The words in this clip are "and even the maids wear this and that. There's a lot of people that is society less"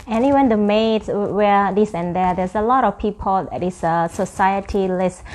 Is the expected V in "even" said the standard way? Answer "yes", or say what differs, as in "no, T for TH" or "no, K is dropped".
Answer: no, W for V